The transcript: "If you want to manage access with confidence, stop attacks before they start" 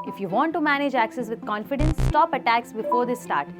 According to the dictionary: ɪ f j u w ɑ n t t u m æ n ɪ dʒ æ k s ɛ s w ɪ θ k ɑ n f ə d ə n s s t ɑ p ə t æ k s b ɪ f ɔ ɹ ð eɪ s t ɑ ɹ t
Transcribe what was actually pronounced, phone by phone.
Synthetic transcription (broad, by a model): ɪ f j u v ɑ n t t u m æ n ɪ dʒ æ k s ɛ s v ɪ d k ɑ n f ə d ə n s s t ɑ p ə t æ k s b ɪ f ɔ ɹ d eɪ s t ɑ ɹ t